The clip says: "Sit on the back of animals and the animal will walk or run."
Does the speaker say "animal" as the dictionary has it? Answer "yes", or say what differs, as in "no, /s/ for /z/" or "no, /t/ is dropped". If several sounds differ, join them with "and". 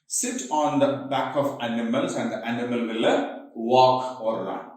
yes